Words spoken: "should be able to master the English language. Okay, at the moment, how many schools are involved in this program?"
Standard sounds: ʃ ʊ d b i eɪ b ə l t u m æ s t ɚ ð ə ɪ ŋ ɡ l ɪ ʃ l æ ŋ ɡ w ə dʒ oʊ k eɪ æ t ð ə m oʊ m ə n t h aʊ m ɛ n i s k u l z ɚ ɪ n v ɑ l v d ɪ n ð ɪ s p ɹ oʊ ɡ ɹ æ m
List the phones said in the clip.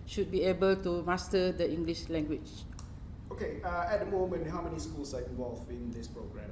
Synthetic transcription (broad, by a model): ʃ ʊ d b i eɪ b ə l t u m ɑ s t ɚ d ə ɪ ŋ ɡ l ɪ ʃ l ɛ ŋ ɡ w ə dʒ oʊ k eɪ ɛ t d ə m oʊ m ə n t h aʊ m ɛ n i s k u l s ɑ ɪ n v ɑ l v ɪ n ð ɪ s p ɹ oʊ ɡ ɹ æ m